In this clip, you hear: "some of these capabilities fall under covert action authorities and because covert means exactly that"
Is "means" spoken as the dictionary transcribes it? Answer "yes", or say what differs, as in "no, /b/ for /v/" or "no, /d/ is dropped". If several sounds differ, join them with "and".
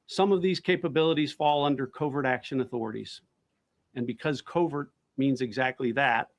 yes